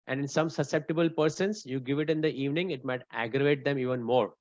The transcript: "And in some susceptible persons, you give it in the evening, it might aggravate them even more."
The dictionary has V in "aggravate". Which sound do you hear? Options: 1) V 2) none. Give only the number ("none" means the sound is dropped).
1